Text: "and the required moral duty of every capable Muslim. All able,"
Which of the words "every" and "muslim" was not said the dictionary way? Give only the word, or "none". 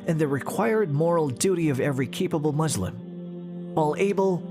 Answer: none